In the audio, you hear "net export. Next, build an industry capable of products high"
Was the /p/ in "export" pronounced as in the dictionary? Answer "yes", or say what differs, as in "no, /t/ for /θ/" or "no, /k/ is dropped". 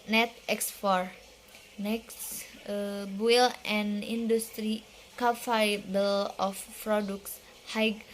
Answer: no, /f/ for /p/